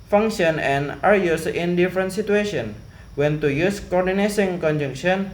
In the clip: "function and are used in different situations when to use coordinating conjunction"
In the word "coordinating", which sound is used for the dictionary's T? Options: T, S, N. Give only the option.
S